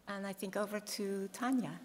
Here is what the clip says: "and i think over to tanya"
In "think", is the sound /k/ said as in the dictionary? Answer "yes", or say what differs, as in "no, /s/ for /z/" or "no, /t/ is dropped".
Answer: yes